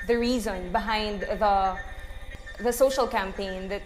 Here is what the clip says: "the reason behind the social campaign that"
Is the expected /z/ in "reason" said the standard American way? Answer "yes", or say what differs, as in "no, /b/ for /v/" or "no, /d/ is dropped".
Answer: yes